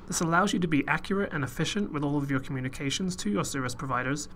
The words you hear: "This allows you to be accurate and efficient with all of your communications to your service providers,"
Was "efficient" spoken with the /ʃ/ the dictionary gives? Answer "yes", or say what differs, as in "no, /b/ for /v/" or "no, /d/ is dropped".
yes